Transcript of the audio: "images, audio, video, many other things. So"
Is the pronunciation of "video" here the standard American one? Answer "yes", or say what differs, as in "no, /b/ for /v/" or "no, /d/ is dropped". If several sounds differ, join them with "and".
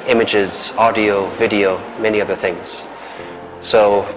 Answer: yes